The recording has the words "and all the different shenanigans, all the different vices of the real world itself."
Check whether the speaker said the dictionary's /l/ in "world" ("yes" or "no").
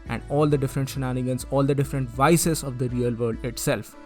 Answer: no